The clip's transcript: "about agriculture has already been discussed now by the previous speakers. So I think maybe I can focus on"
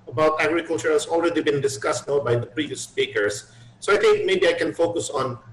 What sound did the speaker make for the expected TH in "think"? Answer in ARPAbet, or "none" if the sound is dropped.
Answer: T